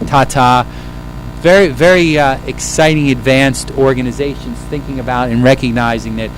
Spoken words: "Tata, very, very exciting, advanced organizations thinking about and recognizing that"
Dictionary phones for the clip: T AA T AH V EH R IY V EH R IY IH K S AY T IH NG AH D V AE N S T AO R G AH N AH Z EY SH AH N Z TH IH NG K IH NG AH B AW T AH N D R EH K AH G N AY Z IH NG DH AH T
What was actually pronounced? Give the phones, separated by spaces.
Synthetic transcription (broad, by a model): T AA T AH V EH R IY V EH R IY IH K S AY T IH NG AH D V AE N S T AO R G AH N AH Z EY SH AH N Z TH IH NG K IH NG AH B AW T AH N R EH K AH G N AY Z IH NG DH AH T